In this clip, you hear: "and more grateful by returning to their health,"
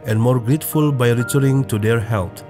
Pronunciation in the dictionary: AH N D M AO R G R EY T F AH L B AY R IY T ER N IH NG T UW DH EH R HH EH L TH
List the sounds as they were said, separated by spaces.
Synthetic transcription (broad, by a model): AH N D M AO R G R EY T F AH L B AY R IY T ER IH NG T UW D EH R HH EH L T